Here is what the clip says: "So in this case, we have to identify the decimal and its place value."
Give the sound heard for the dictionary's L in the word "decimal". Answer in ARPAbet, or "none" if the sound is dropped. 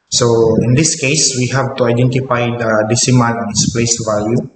N